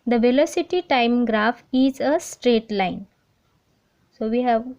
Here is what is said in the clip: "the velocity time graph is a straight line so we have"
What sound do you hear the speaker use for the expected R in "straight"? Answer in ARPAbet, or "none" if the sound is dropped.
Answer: R